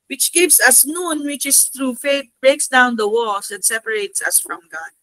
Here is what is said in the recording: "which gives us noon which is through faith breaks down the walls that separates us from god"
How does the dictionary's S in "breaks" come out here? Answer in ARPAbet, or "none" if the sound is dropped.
S